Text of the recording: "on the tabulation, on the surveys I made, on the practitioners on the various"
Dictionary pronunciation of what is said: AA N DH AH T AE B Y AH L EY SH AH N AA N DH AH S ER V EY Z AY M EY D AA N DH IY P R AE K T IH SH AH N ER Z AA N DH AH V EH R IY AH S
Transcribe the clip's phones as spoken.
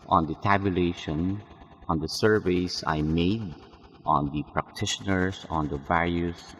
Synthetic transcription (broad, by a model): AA N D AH T AE B Y AH L EY SH AH N AA N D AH S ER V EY S AY M EY D AA N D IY P R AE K T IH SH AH N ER S AA N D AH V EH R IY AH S